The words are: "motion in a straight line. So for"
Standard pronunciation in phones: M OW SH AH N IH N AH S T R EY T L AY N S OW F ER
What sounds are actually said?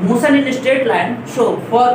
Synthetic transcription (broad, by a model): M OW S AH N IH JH AH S T EY T L AY N SH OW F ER